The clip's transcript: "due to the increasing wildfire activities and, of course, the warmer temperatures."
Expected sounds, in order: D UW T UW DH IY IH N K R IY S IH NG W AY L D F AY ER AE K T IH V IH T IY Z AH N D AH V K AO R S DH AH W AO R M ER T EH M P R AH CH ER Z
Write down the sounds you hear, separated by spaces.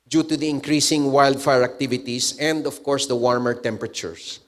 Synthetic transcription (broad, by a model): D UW T UW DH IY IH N K R IY S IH NG W AY L D F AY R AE K T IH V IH T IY S AH N D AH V K AO R S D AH W AO R M ER T EH M P R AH CH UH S